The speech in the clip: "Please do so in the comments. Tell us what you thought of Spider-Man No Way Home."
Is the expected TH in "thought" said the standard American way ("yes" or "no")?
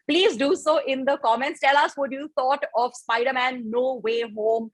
no